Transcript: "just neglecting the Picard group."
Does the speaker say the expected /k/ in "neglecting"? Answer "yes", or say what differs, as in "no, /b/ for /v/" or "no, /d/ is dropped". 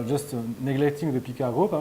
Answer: yes